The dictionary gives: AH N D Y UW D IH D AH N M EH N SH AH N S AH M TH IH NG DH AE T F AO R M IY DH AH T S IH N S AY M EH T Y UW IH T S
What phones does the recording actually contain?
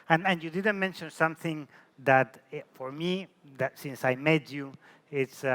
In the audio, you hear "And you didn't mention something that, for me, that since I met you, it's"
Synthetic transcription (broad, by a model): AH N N Y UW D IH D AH N M EH N SH AH N S AH M TH IH NG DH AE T F AO R M IY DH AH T S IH N S AY M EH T Y UW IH T S